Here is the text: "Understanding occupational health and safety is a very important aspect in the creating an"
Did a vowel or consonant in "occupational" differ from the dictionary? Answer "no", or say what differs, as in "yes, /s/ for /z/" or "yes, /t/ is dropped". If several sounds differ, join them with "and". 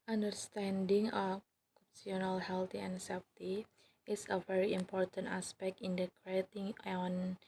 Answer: yes, /ʃ/ is dropped